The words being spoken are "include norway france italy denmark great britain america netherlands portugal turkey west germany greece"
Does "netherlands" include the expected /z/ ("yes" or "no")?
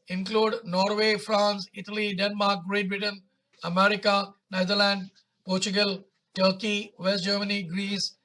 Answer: no